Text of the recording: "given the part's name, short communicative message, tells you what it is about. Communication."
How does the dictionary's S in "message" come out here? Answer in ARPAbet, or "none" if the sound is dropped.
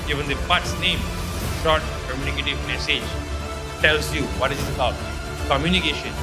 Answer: S